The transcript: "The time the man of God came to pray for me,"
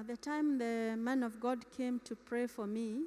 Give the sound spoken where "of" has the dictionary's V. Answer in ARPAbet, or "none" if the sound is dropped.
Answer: V